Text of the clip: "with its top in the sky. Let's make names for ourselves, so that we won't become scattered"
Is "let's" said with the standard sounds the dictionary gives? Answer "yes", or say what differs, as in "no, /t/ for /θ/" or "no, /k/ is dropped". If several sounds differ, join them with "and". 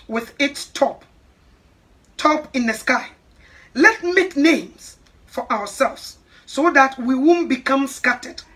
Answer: no, /s/ is dropped